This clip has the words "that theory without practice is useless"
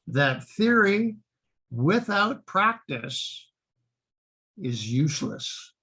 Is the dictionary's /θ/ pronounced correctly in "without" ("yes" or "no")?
yes